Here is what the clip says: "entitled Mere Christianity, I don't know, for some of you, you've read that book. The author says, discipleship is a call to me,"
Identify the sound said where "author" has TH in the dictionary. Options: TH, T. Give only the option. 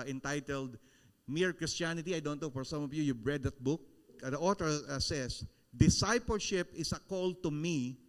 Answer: T